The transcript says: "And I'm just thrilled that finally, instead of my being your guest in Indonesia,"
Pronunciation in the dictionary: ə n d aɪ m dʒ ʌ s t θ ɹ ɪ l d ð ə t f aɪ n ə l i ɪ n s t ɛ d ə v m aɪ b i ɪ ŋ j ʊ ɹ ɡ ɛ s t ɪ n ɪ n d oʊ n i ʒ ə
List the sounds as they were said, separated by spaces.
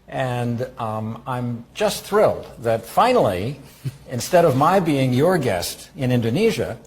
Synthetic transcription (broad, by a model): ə n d aɪ m dʒ ʌ s t θ ɹ ɪ l d ð ə t f aɪ n l i ɪ n s t ɛ d ə v m aɪ b i ɪ ŋ j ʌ ɹ ɡ ɛ s t ɪ n ɪ n d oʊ n i ʒ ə